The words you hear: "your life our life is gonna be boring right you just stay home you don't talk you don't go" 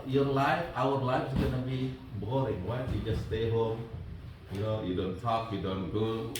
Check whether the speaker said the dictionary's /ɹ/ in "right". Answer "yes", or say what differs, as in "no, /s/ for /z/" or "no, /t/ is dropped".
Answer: no, /w/ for /ɹ/